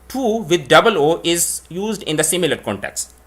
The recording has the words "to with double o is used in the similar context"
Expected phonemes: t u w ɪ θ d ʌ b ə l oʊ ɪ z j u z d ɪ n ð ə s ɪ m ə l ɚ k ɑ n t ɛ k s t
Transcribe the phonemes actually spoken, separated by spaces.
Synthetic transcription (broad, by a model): t u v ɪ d d ʌ b ə l oʊ ɪ z j u z d ɪ n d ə s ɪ m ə l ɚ k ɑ n t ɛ k s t